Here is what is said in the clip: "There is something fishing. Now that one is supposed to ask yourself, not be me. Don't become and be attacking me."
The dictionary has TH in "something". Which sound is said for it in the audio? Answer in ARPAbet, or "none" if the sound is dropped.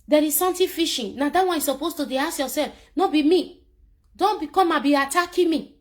T